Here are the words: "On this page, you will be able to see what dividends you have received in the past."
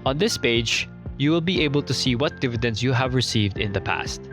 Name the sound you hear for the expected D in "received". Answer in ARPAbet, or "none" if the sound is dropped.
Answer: D